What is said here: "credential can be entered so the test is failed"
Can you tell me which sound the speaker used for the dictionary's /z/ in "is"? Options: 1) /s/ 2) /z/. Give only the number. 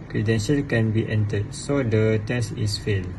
1